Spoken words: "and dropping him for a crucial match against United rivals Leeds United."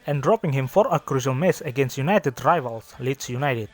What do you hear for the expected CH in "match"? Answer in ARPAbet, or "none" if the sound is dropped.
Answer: S